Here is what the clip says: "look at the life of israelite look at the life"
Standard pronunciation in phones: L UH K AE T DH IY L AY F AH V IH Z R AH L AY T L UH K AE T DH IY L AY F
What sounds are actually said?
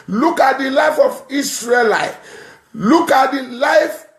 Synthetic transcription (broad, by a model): L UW K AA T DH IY L AY F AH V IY S R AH L AY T L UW K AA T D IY L AY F